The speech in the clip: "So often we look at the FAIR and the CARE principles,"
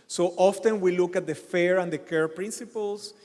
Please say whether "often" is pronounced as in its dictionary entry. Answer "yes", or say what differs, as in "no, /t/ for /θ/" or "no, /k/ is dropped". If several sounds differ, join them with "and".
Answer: yes